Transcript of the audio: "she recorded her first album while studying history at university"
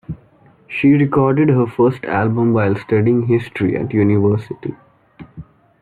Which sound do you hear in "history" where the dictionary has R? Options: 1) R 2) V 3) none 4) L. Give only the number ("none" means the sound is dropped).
1